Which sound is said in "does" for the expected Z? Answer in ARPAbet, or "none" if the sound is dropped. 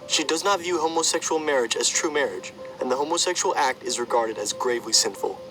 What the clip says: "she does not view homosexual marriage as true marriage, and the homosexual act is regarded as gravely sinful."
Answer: Z